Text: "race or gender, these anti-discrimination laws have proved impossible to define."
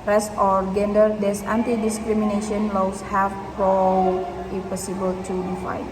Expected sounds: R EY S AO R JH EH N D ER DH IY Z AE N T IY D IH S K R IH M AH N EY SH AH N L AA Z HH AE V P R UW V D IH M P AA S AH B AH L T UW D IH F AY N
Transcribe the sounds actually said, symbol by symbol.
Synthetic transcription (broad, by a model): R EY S AO R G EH N D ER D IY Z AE N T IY D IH S K R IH M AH N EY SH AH N L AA S HH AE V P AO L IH P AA S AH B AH L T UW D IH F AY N